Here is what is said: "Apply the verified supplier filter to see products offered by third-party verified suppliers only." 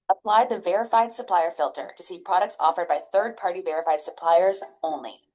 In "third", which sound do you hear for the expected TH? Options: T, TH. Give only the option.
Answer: TH